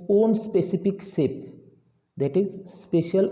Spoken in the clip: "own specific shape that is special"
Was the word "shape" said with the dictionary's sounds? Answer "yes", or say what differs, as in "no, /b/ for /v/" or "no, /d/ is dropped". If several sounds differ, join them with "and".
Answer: no, /s/ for /ʃ/